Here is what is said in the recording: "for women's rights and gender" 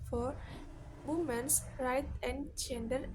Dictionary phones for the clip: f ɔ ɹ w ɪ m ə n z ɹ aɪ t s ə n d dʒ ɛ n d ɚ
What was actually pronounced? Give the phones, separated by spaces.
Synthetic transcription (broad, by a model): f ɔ ɹ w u m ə n s ɹ aɪ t ə n d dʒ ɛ n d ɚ